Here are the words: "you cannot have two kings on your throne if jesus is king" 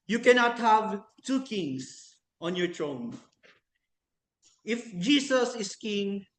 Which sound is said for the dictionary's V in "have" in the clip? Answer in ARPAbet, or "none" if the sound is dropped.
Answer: V